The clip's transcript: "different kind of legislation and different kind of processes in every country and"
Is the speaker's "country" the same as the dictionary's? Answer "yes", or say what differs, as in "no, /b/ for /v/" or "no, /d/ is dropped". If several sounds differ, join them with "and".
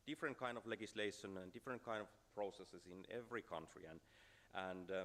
yes